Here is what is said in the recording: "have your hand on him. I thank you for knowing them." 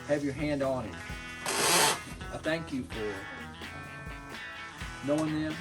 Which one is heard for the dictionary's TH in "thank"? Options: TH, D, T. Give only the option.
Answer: TH